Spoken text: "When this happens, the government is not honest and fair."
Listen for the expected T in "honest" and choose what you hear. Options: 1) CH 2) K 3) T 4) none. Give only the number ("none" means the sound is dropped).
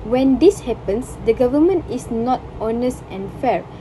3